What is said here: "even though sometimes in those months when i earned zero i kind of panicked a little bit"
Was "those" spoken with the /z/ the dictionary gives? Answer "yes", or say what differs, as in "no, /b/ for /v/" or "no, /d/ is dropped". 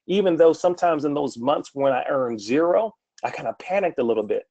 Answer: yes